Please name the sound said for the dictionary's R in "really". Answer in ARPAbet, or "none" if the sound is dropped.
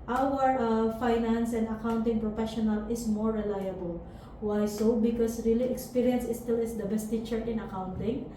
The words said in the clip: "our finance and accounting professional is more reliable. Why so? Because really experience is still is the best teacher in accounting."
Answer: R